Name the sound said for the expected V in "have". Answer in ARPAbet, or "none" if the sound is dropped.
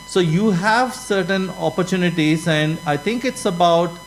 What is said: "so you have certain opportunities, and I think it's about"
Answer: V